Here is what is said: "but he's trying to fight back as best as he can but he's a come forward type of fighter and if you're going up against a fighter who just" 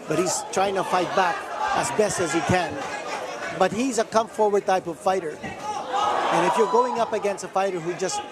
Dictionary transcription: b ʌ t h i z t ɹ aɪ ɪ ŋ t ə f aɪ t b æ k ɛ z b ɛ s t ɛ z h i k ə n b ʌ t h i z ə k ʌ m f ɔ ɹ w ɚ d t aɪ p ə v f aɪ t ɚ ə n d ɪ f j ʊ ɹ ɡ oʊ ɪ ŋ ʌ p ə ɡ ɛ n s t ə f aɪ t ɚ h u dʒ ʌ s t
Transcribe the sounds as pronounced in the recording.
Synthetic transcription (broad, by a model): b ʌ t h i z t ɹ aɪ ɪ ŋ t ə f aɪ t b æ k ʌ z b ɛ s t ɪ z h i k ə n b ʌ t h i z ə k ʌ m f ɔ ɹ w ɚ d t aɪ p ə v f aɪ t ɚ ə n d ɪ f j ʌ ɹ ɡ oʊ ɪ ŋ ʌ p ə ɡ ɛ n s t ə f aɪ t ɚ h u dʒ ʌ s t